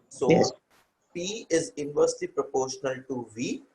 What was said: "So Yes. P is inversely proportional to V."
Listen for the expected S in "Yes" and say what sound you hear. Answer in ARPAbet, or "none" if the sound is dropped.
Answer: none